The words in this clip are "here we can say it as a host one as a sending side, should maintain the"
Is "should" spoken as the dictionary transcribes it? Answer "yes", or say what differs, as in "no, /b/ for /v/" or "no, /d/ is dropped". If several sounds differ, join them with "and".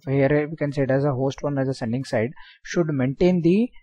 yes